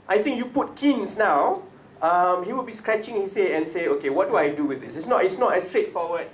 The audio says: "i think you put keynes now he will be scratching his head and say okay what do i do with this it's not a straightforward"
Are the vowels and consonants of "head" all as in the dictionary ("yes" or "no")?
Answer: no